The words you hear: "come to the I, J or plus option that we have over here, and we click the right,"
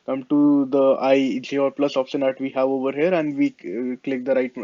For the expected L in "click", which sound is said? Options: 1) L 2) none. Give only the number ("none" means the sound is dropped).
1